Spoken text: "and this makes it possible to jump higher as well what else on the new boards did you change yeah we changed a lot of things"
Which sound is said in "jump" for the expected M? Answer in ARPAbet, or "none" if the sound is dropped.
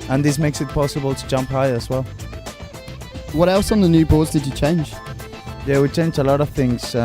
M